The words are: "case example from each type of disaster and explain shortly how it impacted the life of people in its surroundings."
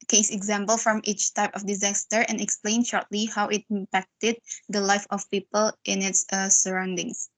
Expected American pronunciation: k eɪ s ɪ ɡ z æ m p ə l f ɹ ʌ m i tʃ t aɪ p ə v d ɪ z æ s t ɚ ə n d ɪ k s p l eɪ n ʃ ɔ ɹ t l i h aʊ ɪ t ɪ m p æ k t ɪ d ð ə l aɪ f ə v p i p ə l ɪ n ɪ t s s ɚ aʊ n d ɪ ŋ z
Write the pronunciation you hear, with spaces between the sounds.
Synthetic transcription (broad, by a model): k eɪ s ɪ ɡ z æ m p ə l f ɹ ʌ m i tʃ t aɪ p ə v d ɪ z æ s t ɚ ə n ɪ k s p l eɪ n ʃ ɔ ɹ t l i h aʊ ɪ t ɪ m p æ k t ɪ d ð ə l aɪ f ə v p i p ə l ɪ n ɪ t s s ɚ aʊ n d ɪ ŋ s